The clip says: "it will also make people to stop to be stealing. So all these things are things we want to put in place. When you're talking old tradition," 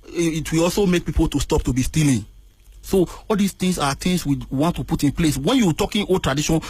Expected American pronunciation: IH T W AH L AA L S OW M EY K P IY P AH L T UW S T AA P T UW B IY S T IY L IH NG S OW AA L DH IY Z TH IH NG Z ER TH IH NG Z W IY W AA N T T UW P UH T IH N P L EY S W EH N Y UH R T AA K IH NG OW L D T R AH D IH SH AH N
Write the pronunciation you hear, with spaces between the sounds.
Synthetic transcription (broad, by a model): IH T W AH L AA L S OW M EY K P IY P AH L T UW S T AA P T UW B IY S T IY L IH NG S OW AA L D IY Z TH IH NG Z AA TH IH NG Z W IY W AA N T T UW P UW T IH N P L EY S W EH N Y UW T AA K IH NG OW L T R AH D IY SH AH N